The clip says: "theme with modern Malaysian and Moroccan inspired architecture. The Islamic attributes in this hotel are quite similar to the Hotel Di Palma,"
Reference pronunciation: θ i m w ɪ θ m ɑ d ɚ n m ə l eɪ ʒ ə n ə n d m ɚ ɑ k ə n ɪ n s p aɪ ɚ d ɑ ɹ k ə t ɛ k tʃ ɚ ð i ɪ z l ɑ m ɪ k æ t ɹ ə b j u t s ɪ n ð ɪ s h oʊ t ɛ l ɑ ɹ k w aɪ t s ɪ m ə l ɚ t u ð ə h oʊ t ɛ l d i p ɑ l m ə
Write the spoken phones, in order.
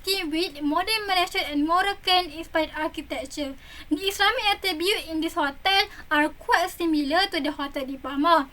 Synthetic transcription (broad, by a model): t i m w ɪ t m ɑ d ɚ n m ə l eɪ ʃ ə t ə n m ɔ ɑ k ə n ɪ n s p aɪ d ɑ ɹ k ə t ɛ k tʃ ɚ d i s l ɑ m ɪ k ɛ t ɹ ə b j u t ɪ n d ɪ s h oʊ t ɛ l ɑ ɹ k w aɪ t s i m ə l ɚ t u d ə h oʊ t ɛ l d i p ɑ m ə